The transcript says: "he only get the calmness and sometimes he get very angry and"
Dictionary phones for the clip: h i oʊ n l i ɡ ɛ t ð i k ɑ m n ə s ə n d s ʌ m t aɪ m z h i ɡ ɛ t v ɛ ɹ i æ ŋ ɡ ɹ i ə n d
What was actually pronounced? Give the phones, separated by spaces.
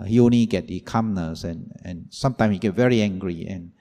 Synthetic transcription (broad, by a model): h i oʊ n i ɡ ɛ t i k ɑ m n ə s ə n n s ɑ m t aɪ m s h i ɡ ɛ t v ɛ ɹ i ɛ ŋ ɡ ɹ i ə n